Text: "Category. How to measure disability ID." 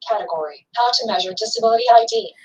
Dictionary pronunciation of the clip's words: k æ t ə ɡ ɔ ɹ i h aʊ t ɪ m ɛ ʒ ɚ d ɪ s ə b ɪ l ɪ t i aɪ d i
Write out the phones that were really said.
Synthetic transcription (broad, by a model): k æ t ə ɡ ɔ ɹ i h aʊ t ɪ m ɛ ʒ ɚ d ɪ s ə b ɪ l ɪ t i aɪ d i